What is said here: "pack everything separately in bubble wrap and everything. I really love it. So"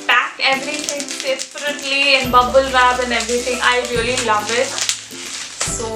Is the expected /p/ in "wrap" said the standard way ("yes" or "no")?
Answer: no